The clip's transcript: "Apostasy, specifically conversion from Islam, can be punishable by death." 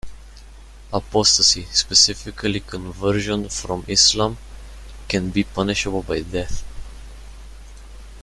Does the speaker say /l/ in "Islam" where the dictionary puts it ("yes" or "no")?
yes